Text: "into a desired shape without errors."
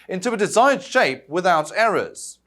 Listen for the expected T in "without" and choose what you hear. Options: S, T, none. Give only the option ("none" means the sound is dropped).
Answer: T